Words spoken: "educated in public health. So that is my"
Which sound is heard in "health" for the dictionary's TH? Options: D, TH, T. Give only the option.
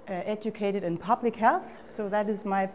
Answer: TH